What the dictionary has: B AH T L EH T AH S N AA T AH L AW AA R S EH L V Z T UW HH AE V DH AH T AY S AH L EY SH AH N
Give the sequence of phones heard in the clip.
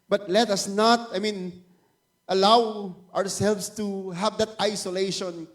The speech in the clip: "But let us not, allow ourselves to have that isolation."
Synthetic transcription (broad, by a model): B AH T L EH T AH S N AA T AH L AW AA R S EH L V S T UW HH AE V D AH T AY S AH L EY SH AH N